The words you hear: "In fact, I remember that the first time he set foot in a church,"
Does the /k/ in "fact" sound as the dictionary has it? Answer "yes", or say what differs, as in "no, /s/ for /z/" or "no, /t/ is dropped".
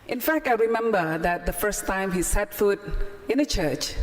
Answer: yes